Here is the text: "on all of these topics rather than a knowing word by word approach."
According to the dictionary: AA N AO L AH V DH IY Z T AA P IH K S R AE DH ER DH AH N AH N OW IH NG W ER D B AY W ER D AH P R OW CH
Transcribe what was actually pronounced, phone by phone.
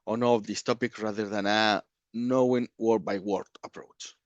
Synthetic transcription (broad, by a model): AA N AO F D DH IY S T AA P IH K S R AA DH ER DH AH N AH N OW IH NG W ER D B AY W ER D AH P R OW CH